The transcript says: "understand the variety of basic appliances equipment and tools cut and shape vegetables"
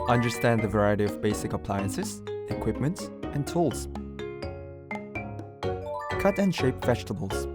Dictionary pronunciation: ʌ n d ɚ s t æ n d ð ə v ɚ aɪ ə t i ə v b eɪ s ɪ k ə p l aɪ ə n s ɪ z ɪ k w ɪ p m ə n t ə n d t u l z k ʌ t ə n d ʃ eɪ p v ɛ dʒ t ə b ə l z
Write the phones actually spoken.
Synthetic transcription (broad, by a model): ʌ n d ɚ s t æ n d ð ə v ɚ aɪ ə t i ə v b eɪ s ɪ k ə p l aɪ ə n s ɪ z ɪ k w ɪ p m ə n t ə n t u l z k ʌ t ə n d ʃ eɪ p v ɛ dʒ t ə b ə l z